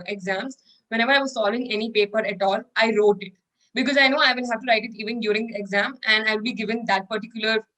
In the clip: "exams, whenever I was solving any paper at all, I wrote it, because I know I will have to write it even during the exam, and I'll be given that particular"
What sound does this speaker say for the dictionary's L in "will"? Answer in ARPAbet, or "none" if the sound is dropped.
N